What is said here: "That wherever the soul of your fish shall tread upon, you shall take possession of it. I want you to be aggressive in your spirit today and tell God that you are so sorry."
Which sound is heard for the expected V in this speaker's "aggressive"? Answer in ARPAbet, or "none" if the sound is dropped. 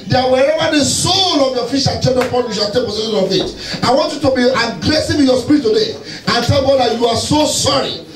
W